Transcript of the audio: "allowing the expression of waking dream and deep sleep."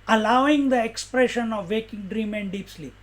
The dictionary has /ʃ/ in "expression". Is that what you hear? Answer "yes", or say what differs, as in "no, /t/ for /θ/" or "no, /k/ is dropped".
yes